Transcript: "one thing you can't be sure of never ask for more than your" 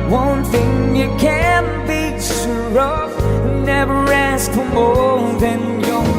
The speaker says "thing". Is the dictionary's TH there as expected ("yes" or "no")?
yes